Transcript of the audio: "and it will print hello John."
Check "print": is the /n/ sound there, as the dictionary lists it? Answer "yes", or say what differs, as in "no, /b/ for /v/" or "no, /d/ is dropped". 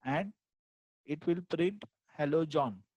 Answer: no, /n/ is dropped